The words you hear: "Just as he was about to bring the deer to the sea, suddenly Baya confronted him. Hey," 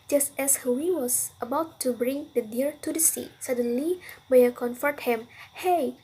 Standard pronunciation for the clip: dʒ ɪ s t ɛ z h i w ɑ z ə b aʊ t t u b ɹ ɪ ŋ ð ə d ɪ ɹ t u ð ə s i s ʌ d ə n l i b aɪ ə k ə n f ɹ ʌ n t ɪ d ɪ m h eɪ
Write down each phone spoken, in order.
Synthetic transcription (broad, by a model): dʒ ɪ s t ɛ s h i w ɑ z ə b aʊ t t u b ɹ ɪ ŋ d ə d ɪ ɹ t u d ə s i s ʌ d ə n l i b aɪ ə k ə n f ʌ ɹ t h ɪ m h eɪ